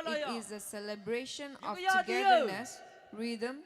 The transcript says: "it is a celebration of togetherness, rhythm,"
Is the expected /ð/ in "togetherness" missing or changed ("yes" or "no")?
yes